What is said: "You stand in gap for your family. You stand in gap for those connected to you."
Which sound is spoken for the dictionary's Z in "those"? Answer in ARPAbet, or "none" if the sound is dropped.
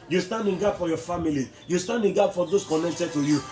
S